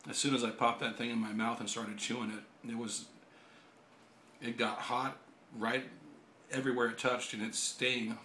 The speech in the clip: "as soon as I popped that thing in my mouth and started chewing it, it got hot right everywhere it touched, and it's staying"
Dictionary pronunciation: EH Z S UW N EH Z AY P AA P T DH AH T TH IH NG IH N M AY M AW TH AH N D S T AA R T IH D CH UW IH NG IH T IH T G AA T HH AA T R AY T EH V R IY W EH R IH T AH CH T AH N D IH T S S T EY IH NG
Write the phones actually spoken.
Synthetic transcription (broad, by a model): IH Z S UW N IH Z AY P AA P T DH AH T TH IH NG IH N M AY M AW TH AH N S T AA R T IH D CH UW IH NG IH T IH T G AA T HH AA T R AY T EH V R IY W EH R IH T AH CH T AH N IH T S S T EY IH NG